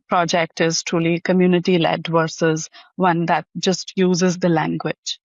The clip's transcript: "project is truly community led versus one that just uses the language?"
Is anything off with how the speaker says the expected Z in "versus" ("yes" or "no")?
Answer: no